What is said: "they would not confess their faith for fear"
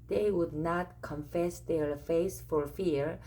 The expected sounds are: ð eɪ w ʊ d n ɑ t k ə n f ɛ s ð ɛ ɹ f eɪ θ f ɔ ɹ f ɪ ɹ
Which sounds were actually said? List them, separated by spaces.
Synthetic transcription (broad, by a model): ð eɪ w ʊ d n ɑ t k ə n f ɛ s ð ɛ ɹ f eɪ s f ɔ ɹ f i ɹ